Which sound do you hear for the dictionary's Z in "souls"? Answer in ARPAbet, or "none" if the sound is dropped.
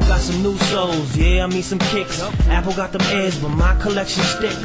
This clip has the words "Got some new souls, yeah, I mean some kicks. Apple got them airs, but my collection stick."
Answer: Z